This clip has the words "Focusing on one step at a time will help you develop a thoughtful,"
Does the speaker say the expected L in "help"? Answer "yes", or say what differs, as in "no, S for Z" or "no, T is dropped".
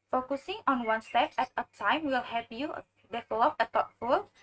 no, L is dropped